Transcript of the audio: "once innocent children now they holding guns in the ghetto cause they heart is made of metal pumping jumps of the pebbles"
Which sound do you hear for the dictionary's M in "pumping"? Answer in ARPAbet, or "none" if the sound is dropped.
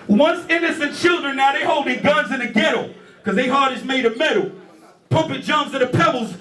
none